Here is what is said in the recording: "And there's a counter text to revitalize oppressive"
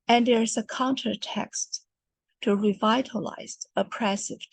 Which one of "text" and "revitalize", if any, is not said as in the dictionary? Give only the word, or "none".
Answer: none